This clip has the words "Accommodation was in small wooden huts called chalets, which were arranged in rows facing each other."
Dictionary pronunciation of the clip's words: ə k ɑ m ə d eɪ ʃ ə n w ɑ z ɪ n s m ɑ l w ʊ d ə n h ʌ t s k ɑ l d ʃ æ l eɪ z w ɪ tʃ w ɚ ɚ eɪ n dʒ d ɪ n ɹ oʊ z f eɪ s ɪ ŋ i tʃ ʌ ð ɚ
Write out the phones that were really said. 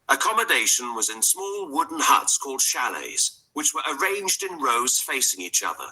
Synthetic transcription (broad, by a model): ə k ɑ m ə d eɪ ʃ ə n w ɑ z ɪ n s m ɑ l w ʊ d n h ʌ t s k ɑ l d ʃ æ l eɪ z w ɪ tʃ w ɚ ɚ eɪ n dʒ d ɪ n ɹ oʊ z f eɪ s ɪ ŋ i tʃ ʌ ð ɚ